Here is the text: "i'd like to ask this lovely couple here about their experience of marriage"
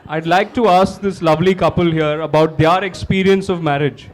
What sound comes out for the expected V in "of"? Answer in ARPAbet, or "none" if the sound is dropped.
V